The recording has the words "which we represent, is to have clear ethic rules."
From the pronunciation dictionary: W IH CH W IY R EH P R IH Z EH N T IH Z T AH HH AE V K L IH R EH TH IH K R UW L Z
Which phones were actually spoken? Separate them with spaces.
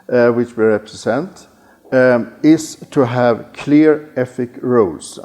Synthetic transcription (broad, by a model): W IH CH W IY R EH P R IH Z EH N T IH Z T AH HH AE V K L IH R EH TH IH K R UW L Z